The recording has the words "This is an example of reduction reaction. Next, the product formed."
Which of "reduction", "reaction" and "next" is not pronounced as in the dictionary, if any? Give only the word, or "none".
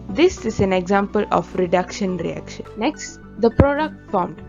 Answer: none